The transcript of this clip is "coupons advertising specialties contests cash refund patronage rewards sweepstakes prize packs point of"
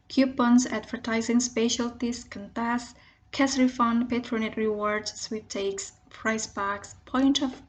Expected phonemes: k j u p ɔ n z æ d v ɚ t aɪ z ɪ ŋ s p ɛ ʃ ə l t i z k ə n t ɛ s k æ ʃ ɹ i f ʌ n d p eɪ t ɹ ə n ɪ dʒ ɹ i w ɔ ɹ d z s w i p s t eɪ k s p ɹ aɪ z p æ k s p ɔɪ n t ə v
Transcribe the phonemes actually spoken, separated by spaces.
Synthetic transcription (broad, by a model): k j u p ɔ n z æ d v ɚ t aɪ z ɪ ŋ s p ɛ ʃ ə l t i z k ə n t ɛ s k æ s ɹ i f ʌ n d p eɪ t ɹ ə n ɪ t ɹ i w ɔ ɹ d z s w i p t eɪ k s p ɹ aɪ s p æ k s p ɔɪ n t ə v